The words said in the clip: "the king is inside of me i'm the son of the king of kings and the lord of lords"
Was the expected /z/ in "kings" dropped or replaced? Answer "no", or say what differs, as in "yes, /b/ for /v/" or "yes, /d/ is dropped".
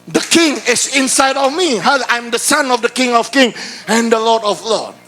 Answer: yes, /z/ is dropped